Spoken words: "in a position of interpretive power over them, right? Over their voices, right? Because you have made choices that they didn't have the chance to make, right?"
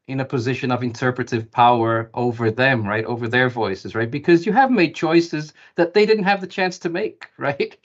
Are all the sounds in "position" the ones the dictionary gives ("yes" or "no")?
yes